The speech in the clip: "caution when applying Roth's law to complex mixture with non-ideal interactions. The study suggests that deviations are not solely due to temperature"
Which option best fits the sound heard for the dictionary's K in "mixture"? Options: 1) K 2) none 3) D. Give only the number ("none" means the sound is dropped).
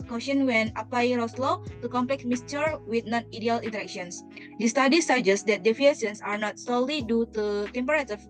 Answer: 2